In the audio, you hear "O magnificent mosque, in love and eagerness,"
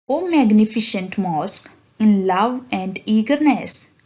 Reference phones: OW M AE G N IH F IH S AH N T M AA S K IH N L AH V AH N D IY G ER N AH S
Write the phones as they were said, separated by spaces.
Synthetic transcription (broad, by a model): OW M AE G N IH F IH SH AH N T M AA S K IH N L AH V AH N D IY G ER N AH S